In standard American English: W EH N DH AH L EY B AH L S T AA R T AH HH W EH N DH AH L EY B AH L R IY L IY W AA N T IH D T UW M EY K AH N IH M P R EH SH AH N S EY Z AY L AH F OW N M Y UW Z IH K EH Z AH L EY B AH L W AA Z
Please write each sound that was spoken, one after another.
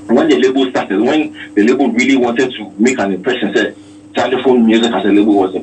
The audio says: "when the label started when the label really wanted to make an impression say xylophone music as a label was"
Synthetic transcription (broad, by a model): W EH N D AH L EY B AH L S T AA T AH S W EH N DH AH L EY B AH L R IY L IY W AA N T IH D T UW M EY K AH N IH P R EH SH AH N S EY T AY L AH F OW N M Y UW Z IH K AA S AH L EY B AH L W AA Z